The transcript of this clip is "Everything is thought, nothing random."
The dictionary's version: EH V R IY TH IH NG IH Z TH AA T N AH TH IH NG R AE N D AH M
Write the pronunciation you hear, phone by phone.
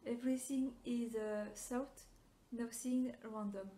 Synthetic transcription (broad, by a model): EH V R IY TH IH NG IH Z S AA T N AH S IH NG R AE N D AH M